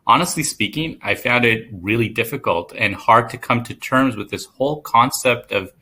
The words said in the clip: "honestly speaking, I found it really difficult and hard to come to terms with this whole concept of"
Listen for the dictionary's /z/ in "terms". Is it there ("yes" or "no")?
yes